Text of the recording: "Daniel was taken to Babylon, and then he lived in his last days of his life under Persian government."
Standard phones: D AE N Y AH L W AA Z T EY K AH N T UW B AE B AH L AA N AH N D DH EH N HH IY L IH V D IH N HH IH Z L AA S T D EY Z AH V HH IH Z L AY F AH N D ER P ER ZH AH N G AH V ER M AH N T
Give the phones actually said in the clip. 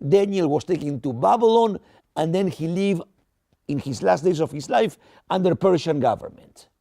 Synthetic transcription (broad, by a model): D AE N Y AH L W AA S T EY K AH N T UW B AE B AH L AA N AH N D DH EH N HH IY L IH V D IH N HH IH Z L AA S T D EY S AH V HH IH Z L AY F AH N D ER P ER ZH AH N G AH V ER M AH N T